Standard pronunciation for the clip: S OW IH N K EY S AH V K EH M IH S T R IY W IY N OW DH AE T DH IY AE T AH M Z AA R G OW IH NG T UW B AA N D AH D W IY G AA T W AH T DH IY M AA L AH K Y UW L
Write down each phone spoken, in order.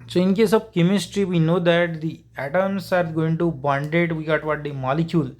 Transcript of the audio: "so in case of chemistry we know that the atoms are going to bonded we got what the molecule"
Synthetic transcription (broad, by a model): S OW IH N K EY S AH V K EH M IH S T R IY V IY N OW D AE T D IY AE T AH M S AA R G OW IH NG T UW B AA N D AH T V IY G AA T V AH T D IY M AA L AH K Y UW L